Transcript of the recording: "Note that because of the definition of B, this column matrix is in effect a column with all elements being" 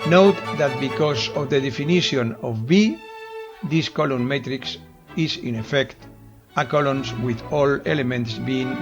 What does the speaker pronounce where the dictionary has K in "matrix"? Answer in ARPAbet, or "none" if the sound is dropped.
K